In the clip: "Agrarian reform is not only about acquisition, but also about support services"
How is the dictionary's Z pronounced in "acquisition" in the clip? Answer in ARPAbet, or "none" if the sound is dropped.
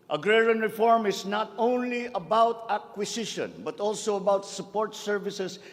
S